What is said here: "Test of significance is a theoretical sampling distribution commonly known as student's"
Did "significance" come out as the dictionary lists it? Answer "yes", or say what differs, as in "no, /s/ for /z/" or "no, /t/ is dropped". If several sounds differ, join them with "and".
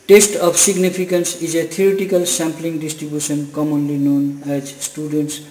no, /p/ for /f/